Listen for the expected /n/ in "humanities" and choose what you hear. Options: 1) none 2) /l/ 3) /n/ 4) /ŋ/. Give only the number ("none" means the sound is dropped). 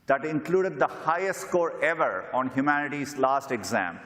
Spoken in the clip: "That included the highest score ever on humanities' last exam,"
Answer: 3